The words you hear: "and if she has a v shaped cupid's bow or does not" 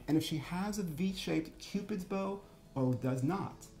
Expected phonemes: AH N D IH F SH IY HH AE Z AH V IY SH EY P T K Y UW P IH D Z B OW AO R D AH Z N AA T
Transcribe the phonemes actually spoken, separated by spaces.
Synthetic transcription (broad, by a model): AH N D IH F SH IY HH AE Z AH V IY SH EY P T K Y UW P IH D Z B OW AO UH D AH Z N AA T